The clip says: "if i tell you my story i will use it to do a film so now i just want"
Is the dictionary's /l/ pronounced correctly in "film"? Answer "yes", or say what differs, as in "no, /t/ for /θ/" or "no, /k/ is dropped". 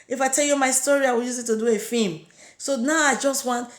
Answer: no, /l/ is dropped